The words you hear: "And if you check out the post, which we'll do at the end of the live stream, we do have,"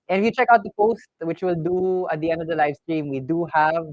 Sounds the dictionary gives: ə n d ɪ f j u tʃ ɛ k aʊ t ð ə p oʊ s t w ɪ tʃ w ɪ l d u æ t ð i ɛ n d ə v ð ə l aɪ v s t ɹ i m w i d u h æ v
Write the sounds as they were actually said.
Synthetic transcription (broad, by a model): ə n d ɪ f j u tʃ ɛ k aʊ t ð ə p oʊ s t w ɪ tʃ w ɪ l d u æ t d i ɛ n d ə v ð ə l aɪ v s t ɹ i m w i d u h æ v